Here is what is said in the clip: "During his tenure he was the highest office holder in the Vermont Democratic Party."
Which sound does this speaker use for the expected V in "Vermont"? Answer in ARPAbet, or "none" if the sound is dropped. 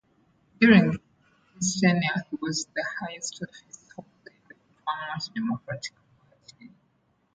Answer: F